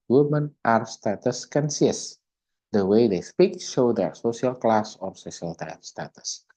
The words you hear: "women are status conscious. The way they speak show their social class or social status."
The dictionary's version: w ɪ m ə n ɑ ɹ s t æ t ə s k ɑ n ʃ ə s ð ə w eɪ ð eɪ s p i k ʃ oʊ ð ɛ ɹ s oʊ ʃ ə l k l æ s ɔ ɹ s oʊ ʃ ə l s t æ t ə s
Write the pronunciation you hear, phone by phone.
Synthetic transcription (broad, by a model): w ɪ m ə n ɑ ɹ s t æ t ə s k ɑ n s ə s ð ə w eɪ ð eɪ s p i k ʃ oʊ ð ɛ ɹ s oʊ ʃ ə l k l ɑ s ɔ ɹ s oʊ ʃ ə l s t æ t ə s